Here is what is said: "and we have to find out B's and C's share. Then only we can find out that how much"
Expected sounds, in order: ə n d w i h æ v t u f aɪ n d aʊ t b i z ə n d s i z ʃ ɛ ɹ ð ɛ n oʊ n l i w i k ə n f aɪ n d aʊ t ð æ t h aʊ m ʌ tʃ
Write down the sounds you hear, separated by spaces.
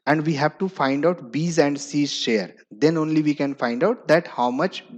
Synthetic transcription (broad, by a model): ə n d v i h æ v t u f aɪ n d aʊ t b i z ə n d s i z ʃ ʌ ɹ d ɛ n oʊ n l i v i k ə n f aɪ n d aʊ t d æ t h aʊ m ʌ tʃ